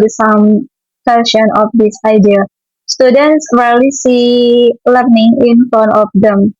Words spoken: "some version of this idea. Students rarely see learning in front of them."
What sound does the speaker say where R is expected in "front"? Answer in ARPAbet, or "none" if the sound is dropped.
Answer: none